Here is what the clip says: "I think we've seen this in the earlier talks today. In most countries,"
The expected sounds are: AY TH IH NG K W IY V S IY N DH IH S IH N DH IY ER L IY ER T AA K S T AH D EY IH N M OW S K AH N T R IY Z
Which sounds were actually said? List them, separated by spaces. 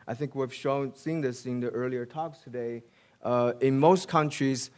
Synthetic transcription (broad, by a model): AY TH IH NG K W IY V S IY N DH IH S IH N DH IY ER L IY ER T AA K S T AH D EY IH N M OW S K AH N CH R IY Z